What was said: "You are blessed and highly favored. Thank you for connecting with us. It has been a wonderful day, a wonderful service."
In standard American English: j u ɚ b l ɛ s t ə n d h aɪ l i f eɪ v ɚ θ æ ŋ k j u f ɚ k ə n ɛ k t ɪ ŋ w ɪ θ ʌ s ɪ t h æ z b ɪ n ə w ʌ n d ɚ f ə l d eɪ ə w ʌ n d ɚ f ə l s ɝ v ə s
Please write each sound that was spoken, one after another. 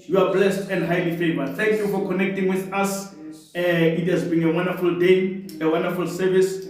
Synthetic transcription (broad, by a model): j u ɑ b l ɛ s t ə n d h aɪ l i f eɪ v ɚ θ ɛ ŋ k j u f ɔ k ə n ɛ k t ɪ ŋ w ɪ θ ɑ s ɪ t h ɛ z b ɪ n ə w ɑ n d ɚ f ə l d eɪ ə w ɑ n d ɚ f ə l s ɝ v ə s